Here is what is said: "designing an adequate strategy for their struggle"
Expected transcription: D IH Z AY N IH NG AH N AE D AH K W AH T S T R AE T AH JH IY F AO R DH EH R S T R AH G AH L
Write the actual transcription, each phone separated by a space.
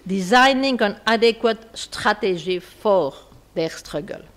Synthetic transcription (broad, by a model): D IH Z AY N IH NG AH N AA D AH K W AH T S T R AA T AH ZH IY F AO R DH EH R S T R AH G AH L